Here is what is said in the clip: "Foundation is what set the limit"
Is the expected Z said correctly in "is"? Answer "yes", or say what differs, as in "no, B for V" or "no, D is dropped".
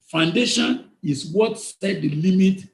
no, S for Z